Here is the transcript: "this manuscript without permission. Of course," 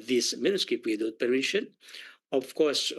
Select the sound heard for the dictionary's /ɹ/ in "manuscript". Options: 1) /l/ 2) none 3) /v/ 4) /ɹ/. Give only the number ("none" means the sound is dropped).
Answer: 2